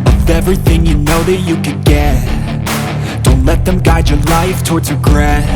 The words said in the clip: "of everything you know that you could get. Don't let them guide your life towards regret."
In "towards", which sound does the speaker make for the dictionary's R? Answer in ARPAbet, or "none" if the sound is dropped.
R